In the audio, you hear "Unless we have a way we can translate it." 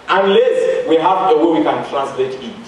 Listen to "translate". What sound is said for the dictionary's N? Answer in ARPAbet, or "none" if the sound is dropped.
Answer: N